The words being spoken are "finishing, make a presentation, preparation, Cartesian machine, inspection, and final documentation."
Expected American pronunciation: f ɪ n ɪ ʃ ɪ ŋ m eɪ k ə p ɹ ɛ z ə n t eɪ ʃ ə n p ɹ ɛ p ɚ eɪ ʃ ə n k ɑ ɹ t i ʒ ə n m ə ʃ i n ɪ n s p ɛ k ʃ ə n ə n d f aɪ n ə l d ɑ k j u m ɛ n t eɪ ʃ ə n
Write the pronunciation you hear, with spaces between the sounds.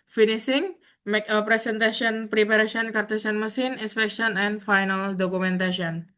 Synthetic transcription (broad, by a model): f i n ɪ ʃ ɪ ŋ m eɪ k ə p ɹ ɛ s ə n t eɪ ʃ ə n p ɹ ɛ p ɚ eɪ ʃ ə n k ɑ ɹ t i s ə n m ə s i n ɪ n s p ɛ k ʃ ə n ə n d f aɪ n ə l d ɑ k u m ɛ n t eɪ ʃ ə n